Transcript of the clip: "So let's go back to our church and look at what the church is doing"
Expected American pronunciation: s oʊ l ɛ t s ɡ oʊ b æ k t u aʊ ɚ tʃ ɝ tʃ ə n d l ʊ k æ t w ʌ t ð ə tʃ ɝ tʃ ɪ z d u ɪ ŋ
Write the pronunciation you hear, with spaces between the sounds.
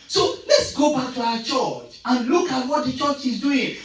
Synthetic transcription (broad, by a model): s oʊ l ɛ t s ɡ oʊ b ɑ k t u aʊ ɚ tʃ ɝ tʃ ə n l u k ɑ t w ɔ t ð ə tʃ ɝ tʃ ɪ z d u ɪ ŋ